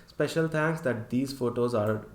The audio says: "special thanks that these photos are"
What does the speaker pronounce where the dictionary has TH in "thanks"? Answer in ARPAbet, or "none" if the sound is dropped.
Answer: T